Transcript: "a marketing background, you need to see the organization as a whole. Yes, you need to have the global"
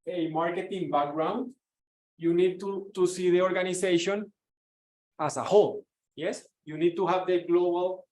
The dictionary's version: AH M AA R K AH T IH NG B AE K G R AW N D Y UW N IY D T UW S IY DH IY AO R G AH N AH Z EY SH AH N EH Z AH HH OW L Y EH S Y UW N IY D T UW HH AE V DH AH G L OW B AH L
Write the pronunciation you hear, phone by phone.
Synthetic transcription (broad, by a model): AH M AA R K AH T IH NG B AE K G R AW N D Y UW N IY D T UW S IY DH IY AO R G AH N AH S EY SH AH N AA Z AH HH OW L Y EH S Y UW N IY D T UW HH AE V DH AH G L OW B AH L